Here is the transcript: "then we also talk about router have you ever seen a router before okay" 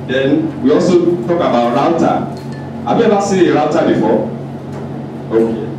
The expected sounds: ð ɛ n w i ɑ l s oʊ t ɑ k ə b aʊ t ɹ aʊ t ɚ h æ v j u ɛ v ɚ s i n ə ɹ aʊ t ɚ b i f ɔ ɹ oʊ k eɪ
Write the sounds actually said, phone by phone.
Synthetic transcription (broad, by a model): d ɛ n w i ɑ l s oʊ t ɑ k ə b aʊ t ɹ aʊ t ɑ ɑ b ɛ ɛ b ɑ s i ə ɹ aʊ t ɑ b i f ɔ oʊ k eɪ